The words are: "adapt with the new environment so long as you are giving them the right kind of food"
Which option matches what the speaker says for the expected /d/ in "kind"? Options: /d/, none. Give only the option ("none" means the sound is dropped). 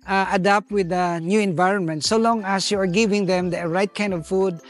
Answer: /d/